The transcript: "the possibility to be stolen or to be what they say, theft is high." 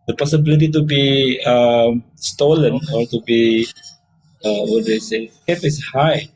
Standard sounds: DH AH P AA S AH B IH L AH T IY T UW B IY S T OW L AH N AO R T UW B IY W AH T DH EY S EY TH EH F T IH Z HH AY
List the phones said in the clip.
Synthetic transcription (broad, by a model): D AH P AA S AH B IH L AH T IY T UW B IY S T OW L AH N AO R T UW B IY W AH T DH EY S EY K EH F IH S HH AY